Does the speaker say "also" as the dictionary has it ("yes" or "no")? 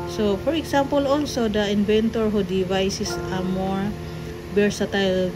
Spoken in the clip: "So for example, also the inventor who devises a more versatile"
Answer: yes